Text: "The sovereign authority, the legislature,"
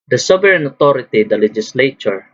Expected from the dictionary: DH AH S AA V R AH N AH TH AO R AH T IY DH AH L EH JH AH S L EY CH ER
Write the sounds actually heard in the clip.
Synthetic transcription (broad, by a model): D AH S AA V R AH N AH T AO R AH T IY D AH L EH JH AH S L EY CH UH